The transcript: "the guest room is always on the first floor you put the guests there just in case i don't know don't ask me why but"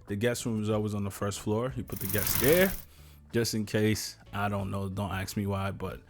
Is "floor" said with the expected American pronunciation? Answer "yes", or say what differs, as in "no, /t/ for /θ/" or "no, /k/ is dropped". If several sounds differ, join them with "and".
yes